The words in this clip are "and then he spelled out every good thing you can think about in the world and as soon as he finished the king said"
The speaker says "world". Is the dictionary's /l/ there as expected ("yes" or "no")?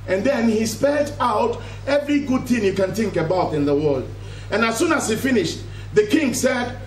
yes